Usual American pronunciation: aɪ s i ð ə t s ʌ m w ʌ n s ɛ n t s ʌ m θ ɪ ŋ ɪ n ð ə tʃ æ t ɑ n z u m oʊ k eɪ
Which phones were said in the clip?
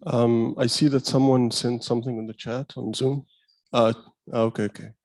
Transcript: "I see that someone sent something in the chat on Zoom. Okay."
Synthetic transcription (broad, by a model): aɪ s i ð ə t s ʌ m w ʌ n s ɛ n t s ʌ m θ ɪ ŋ ɪ n ð ə tʃ æ t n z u m oʊ k eɪ